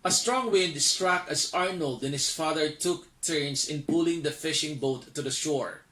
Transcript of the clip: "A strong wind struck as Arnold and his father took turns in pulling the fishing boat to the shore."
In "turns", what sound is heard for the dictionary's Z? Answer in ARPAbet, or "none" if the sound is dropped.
S